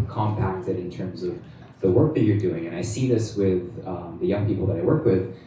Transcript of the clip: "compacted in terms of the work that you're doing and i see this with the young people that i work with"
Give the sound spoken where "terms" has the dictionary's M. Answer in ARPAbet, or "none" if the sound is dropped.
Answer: M